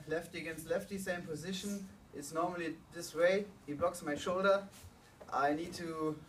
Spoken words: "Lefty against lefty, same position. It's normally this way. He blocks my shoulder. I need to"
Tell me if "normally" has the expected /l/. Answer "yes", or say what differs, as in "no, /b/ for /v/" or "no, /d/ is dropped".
yes